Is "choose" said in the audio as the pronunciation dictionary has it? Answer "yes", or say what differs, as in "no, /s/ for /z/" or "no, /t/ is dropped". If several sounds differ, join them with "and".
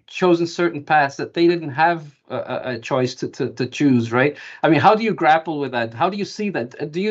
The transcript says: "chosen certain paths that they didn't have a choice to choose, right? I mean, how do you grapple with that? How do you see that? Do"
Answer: yes